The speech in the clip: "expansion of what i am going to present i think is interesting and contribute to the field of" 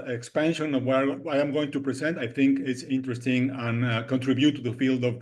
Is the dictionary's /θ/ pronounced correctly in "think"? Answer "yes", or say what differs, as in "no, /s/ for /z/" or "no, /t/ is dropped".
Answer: yes